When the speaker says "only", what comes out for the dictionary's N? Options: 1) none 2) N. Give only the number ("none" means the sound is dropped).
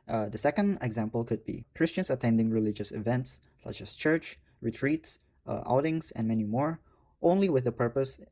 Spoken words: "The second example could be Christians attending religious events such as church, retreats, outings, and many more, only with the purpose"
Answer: 2